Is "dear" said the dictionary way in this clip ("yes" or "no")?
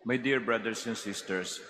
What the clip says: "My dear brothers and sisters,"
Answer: yes